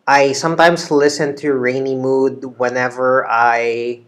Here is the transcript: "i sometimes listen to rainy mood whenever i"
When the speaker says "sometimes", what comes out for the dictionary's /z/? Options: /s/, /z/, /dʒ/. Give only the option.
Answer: /s/